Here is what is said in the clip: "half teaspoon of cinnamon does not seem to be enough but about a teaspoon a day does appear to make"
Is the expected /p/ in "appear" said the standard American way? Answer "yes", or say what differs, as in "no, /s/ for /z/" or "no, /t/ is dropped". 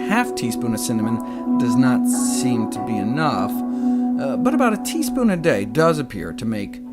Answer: yes